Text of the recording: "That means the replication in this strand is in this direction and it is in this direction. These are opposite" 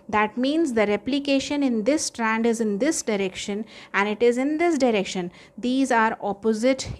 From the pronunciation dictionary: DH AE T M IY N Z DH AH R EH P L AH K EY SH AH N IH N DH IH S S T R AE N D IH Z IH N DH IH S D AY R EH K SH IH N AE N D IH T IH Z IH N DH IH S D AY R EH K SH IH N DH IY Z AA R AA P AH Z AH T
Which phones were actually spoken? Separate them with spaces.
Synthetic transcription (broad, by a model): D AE T M IY N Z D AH R EH P L AH K EY SH AH N IH N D IH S S T R AE N D IH Z IH N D IH S D AY R EH K SH IH N AE N D IH T IH Z IH N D IH S D AY R EH K SH IH N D IY Z AA R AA P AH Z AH T